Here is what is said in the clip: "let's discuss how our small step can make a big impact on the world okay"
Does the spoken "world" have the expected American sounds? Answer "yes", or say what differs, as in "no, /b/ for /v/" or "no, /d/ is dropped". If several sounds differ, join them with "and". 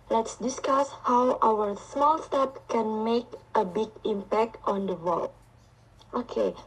no, /d/ is dropped